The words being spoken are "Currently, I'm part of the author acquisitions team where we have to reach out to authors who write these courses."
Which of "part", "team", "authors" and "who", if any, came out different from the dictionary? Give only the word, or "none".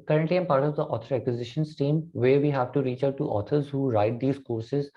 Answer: authors